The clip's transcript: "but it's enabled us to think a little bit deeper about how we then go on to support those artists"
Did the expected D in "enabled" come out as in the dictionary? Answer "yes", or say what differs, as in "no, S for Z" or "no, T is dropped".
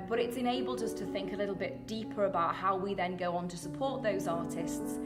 yes